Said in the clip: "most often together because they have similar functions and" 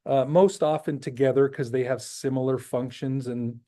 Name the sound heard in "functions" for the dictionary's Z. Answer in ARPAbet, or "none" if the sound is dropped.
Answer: Z